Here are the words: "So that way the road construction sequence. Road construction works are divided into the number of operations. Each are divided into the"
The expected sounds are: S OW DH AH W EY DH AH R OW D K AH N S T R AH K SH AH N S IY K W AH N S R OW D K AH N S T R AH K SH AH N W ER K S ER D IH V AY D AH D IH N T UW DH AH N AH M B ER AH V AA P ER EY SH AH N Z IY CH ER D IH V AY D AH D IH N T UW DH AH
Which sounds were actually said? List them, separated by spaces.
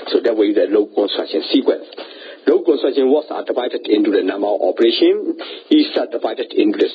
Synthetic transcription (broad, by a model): S OW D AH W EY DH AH L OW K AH N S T R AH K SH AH N S IY K W AH N S L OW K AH N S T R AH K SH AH N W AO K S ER D IH V AY D AH D IH N T UW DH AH N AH M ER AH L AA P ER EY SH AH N IY S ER D IH V AY D AH D IH N T UW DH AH